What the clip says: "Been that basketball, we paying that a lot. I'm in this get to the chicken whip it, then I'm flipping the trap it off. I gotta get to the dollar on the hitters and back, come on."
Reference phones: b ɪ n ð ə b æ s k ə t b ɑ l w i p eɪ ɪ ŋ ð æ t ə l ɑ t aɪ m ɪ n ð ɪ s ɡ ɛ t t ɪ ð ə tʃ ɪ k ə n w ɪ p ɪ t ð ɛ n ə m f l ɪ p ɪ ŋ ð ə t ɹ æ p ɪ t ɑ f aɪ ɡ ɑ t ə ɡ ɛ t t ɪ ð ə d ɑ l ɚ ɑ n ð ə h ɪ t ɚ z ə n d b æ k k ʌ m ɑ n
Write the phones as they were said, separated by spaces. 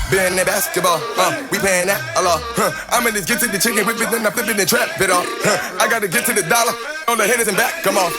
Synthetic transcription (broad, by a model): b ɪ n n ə b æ s k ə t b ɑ l w i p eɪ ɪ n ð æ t ə l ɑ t aɪ m ɪ n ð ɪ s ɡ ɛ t t ɪ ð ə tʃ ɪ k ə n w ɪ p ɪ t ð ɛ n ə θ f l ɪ b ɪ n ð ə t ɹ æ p ɪ t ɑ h aɪ ɡ ɑ t ə ɡ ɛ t t ɪ ð ə d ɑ l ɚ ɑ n ð ə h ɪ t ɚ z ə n b æ k k ʌ m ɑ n